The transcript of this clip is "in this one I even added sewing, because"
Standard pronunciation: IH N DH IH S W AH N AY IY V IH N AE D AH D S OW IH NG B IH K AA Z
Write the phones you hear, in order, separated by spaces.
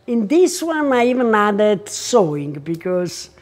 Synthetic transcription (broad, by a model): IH N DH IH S W AH N AY IY V IH N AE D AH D S OW IH NG B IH K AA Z